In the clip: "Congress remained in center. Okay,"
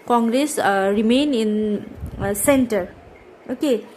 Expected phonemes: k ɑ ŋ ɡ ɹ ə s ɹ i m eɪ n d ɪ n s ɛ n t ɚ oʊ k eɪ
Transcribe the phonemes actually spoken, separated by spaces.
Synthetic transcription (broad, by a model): k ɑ ŋ ɡ ɹ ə s ɹ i m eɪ n ɪ n s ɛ n t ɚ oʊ k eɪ